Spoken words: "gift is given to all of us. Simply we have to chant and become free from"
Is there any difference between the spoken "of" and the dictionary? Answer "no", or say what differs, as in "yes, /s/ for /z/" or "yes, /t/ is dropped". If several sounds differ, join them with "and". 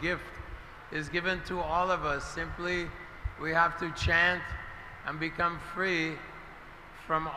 no